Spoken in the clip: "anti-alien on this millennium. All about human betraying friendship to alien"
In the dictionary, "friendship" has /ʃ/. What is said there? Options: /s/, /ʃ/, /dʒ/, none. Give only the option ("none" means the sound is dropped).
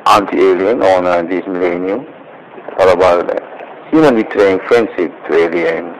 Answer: /s/